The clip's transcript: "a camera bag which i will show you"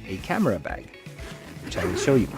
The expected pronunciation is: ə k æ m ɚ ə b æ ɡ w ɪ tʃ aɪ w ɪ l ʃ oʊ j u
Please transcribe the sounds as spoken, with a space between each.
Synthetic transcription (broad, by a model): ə k æ m ɚ ə b æ ɡ w ɪ tʃ aɪ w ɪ n ʃ oʊ j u